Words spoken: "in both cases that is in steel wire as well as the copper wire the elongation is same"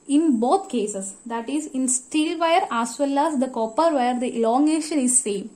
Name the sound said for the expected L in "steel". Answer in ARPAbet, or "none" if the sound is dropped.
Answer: L